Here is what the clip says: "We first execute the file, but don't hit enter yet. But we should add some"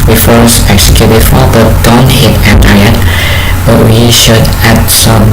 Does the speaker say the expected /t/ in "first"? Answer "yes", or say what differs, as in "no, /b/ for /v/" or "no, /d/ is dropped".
no, /t/ is dropped